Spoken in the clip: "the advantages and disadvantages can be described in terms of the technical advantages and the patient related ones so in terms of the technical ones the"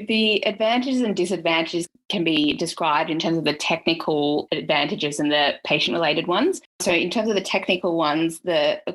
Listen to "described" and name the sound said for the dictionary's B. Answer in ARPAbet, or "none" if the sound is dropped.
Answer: B